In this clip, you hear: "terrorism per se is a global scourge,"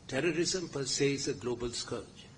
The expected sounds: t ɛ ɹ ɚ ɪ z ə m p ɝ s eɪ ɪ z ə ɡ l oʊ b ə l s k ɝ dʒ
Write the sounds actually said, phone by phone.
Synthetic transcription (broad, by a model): t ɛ ɹ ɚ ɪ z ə m p ɝ s eɪ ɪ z ə ɡ l oʊ b ə l s k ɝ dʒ